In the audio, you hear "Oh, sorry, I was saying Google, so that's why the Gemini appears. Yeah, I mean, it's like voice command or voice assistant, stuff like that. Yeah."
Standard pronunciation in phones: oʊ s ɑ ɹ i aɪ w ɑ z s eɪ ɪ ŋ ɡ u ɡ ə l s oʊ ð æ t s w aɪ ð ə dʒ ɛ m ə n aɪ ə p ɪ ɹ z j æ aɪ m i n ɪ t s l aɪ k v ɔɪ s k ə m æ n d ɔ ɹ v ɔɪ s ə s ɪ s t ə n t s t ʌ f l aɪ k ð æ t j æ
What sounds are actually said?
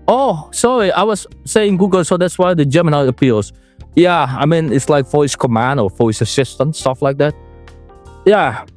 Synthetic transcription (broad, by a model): oʊ s ɑ ɹ i aɪ w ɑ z s eɪ ɪ ŋ ɡ u ɡ ə l s oʊ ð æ t s w aɪ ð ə dʒ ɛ m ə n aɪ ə p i l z j æ aɪ m i n ɪ t s l aɪ k f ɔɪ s k ə m æ n d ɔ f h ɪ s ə s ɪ s t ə n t s t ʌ f l aɪ k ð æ t j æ